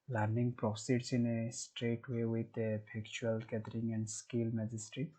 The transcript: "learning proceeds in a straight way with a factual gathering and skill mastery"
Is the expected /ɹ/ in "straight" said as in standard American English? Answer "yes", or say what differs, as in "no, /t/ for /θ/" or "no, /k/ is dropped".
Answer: yes